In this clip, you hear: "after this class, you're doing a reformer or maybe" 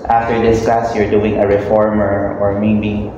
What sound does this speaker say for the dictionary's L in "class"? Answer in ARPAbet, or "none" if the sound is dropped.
none